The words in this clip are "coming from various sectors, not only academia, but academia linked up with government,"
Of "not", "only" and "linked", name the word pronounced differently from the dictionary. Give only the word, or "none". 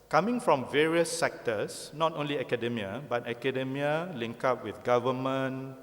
linked